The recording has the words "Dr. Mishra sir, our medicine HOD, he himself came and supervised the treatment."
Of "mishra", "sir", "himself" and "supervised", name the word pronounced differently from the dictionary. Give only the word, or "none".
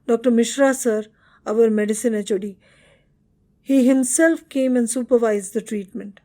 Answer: none